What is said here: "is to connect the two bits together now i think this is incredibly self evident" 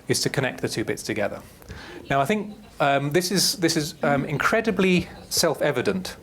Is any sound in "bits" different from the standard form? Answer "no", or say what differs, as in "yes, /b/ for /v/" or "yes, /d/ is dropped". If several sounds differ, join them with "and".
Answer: no